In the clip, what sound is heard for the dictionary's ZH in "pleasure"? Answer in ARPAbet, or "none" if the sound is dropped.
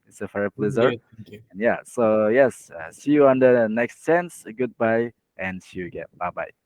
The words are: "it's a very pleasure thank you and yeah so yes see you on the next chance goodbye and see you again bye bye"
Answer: Z